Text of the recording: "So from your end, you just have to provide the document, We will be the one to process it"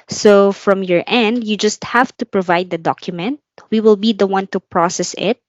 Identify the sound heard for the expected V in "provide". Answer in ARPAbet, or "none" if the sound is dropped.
V